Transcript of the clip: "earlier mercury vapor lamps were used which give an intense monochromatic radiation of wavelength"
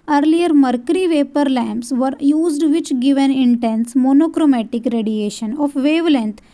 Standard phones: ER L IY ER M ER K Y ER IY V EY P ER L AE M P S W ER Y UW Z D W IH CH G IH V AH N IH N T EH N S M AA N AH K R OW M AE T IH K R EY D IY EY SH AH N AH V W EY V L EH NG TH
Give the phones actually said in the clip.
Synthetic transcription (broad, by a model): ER L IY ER M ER K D IY V EY P ER L AE M P S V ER Y UW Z D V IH CH G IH V AH N IH N T EH N S M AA N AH K R OW M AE T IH K R EY D IY EY SH AH N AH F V EY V L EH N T